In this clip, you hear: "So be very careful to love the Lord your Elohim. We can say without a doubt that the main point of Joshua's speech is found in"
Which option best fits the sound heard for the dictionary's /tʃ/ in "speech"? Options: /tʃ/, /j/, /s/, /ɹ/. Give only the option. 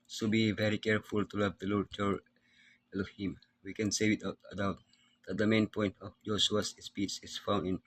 /s/